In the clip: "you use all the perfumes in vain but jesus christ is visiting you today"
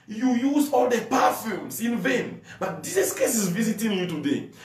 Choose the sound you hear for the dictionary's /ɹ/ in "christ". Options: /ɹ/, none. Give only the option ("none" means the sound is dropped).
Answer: none